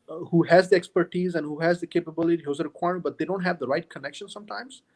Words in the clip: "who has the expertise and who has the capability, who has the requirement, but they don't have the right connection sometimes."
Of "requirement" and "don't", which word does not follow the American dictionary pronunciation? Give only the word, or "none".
requirement